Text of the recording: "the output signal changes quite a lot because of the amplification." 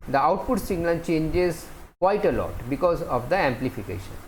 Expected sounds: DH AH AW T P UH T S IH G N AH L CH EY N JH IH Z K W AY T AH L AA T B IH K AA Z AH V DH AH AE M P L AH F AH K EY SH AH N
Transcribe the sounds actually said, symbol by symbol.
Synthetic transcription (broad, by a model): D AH AW T P UH T S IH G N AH N CH EY N JH IH Z K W AY T AH L AA T B IH K AA Z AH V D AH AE M P L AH F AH K EY SH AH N